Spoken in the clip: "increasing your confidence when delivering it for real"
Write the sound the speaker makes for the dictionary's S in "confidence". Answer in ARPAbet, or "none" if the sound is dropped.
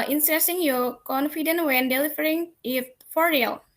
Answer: none